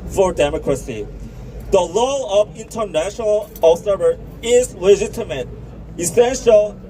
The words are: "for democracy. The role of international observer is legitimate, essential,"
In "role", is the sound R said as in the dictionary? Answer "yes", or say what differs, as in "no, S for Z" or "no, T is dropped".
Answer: no, L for R